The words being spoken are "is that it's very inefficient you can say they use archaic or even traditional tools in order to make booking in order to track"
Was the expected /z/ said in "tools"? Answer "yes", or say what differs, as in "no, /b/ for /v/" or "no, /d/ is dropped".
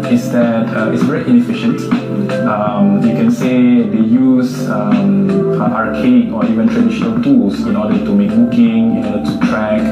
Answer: no, /s/ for /z/